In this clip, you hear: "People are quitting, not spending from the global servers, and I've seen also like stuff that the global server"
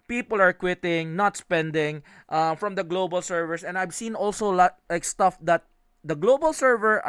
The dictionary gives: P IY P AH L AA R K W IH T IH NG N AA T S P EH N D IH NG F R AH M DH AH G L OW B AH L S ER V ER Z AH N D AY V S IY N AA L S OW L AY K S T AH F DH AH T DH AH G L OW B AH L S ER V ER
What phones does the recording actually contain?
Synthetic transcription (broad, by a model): P IY P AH L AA R K W IH T IH NG N AA T S P EH N D IH NG F R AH M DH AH G L OW B AH L S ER V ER S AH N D AY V S IY N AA L S OW L AY K S T AH F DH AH T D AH G L OW B AH L S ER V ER